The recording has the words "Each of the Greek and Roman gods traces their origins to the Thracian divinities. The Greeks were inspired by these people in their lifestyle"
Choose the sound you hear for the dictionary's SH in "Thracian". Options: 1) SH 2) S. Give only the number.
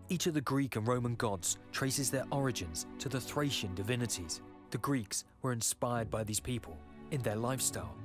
1